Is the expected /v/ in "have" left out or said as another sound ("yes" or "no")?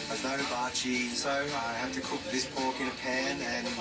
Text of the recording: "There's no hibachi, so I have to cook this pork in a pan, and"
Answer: yes